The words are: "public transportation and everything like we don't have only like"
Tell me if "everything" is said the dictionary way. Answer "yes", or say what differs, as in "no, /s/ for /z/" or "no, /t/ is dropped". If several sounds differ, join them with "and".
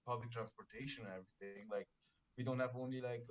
no, /t/ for /θ/